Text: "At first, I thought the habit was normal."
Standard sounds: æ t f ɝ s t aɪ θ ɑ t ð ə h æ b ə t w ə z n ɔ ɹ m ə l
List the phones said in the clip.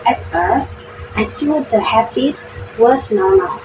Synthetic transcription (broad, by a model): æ t f ɝ s t aɪ t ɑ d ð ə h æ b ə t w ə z n ɔ ɹ m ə l